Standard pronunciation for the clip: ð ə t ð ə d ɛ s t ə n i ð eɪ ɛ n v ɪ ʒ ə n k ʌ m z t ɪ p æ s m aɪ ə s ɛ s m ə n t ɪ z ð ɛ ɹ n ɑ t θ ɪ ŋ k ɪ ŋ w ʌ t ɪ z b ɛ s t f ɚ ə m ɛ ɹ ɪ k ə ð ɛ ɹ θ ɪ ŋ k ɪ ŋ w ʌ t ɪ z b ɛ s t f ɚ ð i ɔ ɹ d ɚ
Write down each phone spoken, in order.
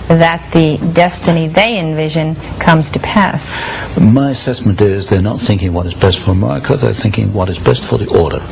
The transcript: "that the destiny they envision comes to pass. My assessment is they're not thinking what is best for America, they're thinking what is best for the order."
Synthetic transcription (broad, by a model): ð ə t ð ə d ɛ s t ə n i ð eɪ ɛ n v ɪ ʒ ə n k ʌ m z t ɪ p æ s m aɪ ə s ɛ s m ə n t ɪ z ð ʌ ɹ n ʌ t θ ɪ ŋ k ɪ ŋ w ʌ t ɪ z b ɛ s t f ɚ ə m ɛ ɹ ɪ k ə ð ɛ ɹ θ ɪ ŋ k ɪ ŋ w ʌ t ɪ z b ɛ s t f ɚ ð i ɔ ɹ d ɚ